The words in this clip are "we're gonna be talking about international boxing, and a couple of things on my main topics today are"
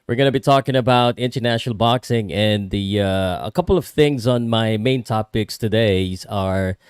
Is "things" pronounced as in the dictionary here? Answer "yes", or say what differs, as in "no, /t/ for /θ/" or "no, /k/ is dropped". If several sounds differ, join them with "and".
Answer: yes